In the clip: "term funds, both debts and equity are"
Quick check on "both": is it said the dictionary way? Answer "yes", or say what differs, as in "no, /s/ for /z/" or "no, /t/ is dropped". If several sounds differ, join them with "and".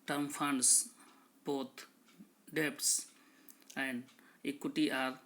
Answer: no, /t/ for /θ/